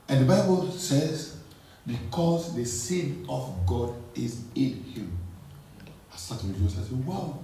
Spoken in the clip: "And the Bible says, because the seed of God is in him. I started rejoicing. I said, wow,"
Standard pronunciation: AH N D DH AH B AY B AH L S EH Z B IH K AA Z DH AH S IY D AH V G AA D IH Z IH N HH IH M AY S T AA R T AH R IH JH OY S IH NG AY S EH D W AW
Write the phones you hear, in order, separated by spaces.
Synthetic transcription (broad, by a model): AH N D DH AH B AY B AH L S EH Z B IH K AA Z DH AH S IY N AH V G AA D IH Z IH N HH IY M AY S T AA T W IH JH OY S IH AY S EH W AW